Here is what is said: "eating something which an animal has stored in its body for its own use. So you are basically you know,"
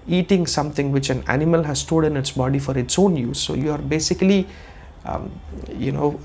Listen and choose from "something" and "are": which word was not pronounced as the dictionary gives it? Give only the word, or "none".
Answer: something